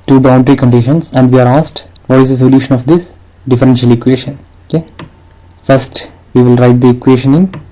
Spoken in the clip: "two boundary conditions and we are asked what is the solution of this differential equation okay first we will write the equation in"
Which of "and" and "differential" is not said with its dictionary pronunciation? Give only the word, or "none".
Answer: none